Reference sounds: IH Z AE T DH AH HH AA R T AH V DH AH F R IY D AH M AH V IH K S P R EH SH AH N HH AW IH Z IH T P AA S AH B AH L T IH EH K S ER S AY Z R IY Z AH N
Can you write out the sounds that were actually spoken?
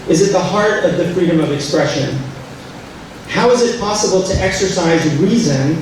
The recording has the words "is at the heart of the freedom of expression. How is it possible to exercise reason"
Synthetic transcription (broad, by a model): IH Z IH T DH AH HH AA R T AH V DH AH F R IY D AH M AH V IH K S P R EH SH AH N HH AW IH Z IH T P AA S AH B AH L T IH EH K S ER S AY Z R IY Z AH N